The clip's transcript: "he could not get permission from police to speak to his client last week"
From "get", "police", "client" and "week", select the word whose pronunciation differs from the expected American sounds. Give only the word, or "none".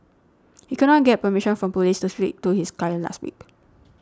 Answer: client